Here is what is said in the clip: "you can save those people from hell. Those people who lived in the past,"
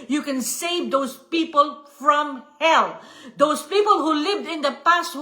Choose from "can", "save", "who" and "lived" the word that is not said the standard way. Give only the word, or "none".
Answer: none